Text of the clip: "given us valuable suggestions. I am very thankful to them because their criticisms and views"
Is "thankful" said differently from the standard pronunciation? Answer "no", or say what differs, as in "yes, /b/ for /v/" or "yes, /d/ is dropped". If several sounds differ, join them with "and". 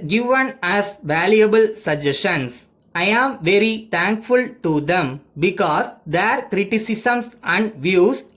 yes, /t/ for /θ/